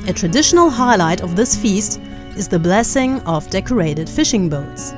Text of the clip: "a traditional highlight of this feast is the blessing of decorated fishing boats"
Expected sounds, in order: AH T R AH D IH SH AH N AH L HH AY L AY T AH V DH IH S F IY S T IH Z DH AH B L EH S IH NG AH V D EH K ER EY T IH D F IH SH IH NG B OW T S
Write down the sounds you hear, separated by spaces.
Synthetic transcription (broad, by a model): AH T R AH D IH SH AH N AH L HH AY L AY T AH V DH IH S F IY S T IH Z DH AH B L EH S IH NG AH V D EH K ER EY T IH D F IH SH IH NG B OW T S